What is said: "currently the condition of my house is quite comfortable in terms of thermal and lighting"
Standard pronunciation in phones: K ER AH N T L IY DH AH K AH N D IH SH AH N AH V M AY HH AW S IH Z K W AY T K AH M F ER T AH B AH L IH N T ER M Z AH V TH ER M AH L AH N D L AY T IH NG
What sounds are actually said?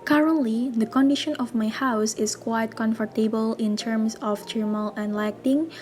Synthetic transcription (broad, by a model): K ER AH N T L IY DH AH K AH N D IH SH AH N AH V M AY HH AW S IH S K W AY T K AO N F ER T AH B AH L IH N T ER M S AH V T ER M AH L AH N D L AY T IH NG